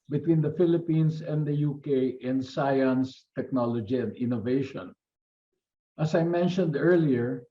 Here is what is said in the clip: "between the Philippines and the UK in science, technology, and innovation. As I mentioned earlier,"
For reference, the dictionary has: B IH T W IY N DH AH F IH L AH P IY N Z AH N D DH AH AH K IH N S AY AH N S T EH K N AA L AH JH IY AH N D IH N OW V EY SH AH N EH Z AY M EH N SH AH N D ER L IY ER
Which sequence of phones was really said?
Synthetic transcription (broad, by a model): B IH T W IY N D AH F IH L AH P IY N S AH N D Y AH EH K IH N S AY AH N S T EH K N AA L AH JH IY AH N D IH N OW V EY SH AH N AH S AY M EH N SH AH N D ER L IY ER